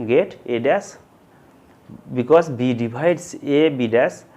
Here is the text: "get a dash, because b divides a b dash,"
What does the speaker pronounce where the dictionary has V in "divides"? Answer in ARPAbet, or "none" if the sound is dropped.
B